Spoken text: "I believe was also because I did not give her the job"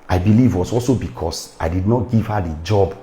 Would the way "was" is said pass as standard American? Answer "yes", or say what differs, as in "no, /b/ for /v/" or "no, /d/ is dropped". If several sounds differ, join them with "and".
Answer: no, /s/ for /z/